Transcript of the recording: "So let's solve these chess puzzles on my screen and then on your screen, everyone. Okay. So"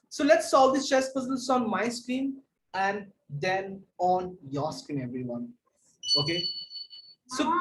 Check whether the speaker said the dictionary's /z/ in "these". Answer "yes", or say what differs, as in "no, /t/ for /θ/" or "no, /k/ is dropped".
no, /s/ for /z/